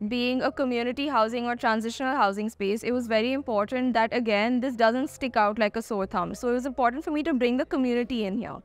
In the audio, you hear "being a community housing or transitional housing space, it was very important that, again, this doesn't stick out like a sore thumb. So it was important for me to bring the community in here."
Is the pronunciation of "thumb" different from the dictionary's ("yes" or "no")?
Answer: yes